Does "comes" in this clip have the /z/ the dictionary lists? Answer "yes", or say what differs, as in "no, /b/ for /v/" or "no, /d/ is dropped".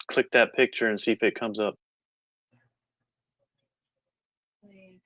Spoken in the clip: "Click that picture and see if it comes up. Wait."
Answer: yes